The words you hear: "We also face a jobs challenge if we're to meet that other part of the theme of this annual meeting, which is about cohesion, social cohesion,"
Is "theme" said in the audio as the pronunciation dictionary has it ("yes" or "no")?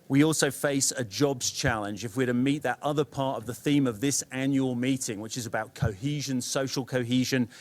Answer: yes